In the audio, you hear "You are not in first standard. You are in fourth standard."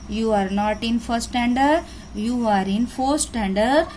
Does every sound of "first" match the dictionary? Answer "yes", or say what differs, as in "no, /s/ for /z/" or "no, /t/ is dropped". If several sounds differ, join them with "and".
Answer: no, /s/ is dropped